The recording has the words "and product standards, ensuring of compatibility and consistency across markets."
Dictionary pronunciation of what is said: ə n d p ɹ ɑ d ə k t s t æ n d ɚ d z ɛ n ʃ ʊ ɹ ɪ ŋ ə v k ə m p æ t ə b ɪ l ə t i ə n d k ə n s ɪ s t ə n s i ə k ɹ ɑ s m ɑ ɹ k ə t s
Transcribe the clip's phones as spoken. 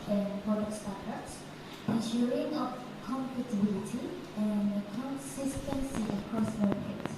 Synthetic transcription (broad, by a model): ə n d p ɑ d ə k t s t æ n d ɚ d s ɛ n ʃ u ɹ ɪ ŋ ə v k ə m p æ t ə b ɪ l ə t i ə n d k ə n s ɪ s t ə n s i ə k ɹ ɑ s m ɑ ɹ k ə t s